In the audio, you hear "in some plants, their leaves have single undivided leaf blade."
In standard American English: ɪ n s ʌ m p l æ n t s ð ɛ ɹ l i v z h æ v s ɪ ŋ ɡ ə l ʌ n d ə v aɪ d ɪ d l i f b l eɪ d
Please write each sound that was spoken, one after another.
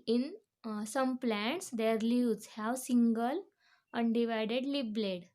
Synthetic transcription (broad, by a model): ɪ n s ʌ m p l æ n t s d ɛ ɹ l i z h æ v s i ŋ ɡ ə l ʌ n d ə v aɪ d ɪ d l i p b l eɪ d